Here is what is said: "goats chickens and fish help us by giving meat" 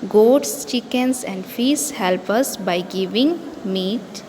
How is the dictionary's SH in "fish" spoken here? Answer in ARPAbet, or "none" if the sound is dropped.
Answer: S